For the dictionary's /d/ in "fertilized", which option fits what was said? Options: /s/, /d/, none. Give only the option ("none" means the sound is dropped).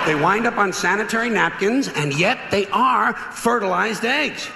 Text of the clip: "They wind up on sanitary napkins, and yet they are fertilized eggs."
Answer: /d/